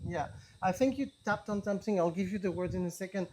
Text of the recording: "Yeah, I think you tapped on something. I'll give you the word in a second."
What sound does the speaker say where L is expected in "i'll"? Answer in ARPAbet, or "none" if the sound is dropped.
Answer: L